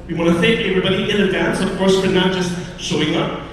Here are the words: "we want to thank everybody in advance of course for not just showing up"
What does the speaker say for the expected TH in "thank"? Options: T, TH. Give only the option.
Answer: TH